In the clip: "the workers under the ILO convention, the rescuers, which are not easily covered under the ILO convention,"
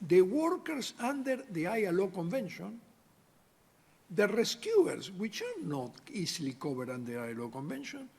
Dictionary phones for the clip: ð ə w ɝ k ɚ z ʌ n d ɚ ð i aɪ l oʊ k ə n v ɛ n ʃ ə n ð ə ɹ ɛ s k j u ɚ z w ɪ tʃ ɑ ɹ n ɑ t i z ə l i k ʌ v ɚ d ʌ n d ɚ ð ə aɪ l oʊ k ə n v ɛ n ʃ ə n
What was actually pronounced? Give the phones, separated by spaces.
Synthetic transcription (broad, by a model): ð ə w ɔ k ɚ s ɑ n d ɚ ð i aɪ l oʊ k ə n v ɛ n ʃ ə n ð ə ɹ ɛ s k j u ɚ s w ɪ tʃ ɑ ɹ n ɑ t i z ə l i k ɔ b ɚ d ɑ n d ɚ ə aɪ l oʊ k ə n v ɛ n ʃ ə n